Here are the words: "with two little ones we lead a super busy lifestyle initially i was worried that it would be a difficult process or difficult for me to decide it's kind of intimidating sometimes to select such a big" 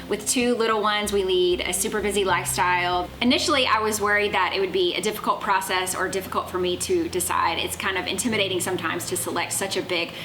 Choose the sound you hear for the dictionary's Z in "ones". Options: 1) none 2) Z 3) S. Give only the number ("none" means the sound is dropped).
2